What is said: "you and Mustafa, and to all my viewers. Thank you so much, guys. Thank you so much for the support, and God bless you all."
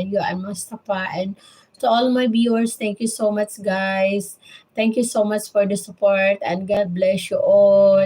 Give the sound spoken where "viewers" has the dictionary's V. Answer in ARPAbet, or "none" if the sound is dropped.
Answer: B